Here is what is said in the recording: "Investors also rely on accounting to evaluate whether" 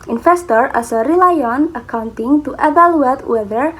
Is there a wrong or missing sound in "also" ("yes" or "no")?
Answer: yes